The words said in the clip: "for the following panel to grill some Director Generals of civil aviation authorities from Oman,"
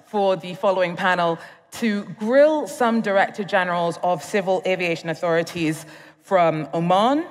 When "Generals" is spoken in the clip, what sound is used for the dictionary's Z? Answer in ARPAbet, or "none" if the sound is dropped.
Z